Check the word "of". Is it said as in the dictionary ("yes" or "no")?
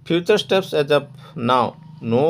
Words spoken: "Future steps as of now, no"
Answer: no